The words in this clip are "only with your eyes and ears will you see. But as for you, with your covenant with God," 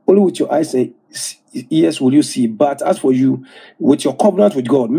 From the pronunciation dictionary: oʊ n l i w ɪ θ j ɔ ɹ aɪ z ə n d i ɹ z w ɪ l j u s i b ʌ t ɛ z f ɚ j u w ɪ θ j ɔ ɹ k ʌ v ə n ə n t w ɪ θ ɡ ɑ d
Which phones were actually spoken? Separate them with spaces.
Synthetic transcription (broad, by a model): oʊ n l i w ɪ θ j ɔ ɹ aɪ s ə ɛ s w ɪ l j u s i b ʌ t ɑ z f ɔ j u w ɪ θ j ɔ k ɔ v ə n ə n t w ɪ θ ɡ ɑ d